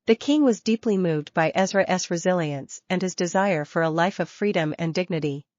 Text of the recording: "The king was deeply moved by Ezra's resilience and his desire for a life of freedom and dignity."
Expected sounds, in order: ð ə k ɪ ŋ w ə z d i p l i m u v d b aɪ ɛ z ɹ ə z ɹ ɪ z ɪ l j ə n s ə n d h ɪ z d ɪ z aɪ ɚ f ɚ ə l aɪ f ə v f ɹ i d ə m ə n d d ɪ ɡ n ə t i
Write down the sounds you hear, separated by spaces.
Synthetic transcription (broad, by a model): ð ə k ɪ ŋ w ə z d i p l i m u v d b aɪ ɛ z ɹ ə s ɹ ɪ z ɪ l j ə n s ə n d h ɪ z d ɪ z aɪ ɚ f ɚ ə l aɪ f ə v f ɹ i d ə m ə n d d ɪ ɡ n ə t i